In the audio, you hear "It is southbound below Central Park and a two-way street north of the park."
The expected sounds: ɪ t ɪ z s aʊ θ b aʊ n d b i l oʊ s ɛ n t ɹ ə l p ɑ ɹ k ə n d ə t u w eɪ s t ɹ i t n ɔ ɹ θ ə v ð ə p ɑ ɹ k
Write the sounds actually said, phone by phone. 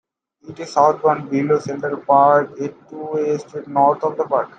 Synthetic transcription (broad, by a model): ɪ t ɪ z s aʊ t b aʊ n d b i l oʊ s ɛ n t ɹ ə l p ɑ ɹ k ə t u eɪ s t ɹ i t n ɔ ɹ t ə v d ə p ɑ ɹ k